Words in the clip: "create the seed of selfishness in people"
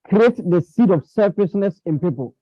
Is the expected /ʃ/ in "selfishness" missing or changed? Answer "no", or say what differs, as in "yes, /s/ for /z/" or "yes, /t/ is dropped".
yes, /s/ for /ʃ/